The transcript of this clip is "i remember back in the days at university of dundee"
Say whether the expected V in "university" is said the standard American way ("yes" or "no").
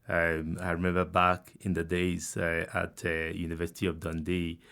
yes